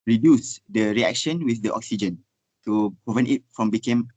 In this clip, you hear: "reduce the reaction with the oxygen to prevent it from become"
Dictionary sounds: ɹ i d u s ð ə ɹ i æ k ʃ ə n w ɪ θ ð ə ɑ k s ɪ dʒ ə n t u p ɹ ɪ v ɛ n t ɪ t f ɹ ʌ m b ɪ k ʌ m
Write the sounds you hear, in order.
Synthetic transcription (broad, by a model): ɹ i d u s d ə ɹ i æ k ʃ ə n w ɪ θ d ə ɑ k s ɪ dʒ ə n t u p ɹ ɪ v ɛ n t ɪ t f ɹ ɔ m b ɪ k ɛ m